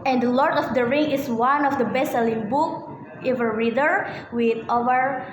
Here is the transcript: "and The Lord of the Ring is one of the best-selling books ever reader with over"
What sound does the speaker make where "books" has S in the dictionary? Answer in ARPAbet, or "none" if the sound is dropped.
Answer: none